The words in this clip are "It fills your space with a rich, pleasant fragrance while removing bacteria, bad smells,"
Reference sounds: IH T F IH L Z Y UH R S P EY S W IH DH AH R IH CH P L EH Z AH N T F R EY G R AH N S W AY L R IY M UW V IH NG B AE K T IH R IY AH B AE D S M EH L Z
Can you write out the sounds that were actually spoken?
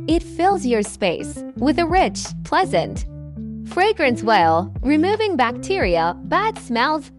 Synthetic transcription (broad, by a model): IH T F IH L Z Y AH R S P EY S W IH DH AH R IH CH P L EH Z AH N T F R EY G R AH N S W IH L R IY M UW V IH NG B AE K T IH R IY AH B AE D S M EH L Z